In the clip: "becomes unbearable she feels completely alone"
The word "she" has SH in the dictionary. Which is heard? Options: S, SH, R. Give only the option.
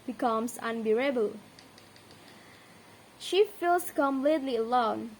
SH